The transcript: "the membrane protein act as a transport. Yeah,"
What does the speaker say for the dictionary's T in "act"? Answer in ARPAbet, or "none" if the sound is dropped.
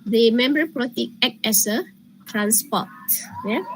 none